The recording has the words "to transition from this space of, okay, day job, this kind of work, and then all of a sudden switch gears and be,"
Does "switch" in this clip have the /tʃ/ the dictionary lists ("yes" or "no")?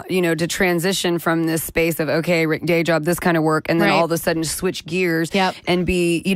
yes